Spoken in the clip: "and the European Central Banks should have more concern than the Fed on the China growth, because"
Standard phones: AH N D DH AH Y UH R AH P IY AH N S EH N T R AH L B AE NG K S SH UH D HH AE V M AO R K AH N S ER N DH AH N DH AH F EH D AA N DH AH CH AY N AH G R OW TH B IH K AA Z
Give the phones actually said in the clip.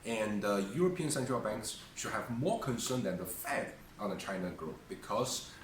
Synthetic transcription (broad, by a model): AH N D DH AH Y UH R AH P IY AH N S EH N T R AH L B AE NG K S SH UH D HH AE V M AO R K AH N S ER N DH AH N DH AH F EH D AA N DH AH CH AY N AH G R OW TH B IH K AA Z